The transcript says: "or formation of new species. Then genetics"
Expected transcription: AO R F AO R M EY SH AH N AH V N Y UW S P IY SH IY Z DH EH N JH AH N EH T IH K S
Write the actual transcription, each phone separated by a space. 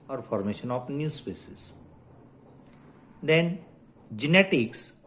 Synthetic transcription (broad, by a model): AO R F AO R M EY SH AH N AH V N Y UW S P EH S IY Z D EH N JH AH N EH T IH K S